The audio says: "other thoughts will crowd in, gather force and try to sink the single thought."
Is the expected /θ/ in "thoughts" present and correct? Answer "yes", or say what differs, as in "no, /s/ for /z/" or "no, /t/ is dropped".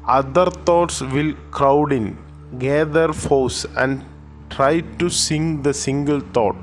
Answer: no, /t/ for /θ/